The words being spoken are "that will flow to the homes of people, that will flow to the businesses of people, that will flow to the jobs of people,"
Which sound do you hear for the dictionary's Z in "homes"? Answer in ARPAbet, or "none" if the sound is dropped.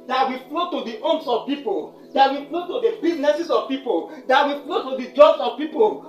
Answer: S